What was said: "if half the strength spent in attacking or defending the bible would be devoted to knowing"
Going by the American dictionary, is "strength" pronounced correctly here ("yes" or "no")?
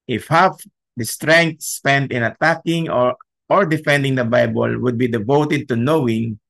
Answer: no